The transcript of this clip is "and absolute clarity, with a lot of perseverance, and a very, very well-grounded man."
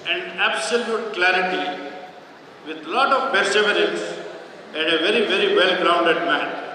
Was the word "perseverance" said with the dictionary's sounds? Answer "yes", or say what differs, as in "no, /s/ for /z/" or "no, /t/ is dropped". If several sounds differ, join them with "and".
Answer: no, /b/ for /p/